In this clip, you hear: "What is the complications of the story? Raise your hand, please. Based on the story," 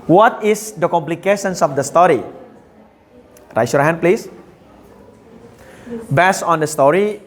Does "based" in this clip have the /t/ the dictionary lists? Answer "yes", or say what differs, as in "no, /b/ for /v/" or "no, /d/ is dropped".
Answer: no, /t/ is dropped